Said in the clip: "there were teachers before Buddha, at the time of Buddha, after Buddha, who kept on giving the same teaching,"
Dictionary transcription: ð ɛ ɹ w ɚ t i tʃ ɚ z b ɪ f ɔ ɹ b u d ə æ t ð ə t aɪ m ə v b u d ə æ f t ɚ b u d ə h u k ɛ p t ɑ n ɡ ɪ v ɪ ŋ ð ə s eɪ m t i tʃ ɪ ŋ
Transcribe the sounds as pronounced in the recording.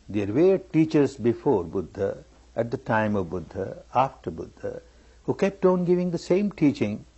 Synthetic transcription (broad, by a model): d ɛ ɹ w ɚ t i tʃ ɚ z b ɪ f ɔ ɹ b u d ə æ t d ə t aɪ m ə v b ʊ d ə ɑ f t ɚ b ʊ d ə h u k ɛ p t ɑ n ɡ ɪ v ɪ ŋ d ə s eɪ m t i tʃ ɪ ŋ